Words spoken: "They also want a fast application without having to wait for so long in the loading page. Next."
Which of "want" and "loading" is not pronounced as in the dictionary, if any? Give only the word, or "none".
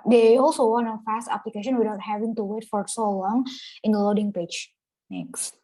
want